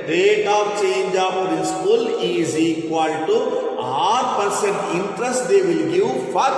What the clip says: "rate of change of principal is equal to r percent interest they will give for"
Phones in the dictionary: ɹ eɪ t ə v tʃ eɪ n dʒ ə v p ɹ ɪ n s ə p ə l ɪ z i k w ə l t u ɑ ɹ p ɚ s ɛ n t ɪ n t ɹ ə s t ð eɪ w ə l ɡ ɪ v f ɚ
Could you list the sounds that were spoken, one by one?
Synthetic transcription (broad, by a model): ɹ eɪ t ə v tʃ eɪ n dʒ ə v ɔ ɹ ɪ s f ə l ɪ z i k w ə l t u ɑ ɹ p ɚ s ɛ n t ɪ n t ɹ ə s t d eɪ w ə l ɡ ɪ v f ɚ